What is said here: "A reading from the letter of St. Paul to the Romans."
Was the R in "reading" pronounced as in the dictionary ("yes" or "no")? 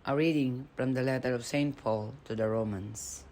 yes